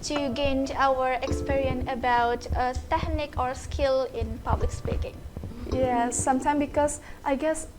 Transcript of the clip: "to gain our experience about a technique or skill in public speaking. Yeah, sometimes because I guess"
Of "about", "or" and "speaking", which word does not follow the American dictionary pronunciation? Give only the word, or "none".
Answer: none